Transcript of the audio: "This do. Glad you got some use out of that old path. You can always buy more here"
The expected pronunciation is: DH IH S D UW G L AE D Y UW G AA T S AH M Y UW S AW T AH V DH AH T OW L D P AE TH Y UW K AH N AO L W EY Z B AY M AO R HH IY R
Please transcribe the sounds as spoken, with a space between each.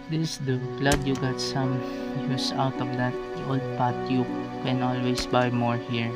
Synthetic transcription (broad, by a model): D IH S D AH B L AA D Y UW G AA T S AH M Y UW S AW T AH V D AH T OW L D P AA T Y UW K AH N AO L W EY S B AY M AO R HH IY R